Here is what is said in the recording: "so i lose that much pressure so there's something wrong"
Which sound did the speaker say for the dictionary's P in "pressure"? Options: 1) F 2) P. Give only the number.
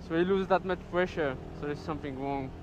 1